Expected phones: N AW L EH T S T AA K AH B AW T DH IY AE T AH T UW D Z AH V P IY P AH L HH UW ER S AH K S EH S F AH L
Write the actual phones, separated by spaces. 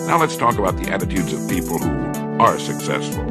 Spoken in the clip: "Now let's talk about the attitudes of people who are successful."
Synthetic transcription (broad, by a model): N AW L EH T S T AA K AH B AW T DH IY AE T AH T UW D Z AH V P IY P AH L HH UW ER S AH K S EH S F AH L